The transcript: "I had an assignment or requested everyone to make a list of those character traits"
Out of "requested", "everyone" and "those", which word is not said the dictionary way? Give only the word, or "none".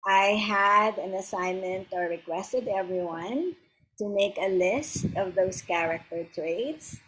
those